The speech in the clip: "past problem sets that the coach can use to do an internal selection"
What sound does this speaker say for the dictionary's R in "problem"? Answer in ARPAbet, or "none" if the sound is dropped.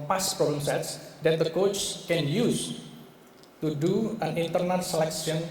none